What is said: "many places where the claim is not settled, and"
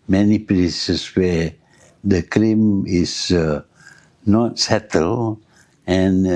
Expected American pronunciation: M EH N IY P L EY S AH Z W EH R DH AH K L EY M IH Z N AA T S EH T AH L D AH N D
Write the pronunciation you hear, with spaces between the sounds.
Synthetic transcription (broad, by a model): M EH N IY P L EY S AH S W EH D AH K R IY M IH S N AA T S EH T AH L AH N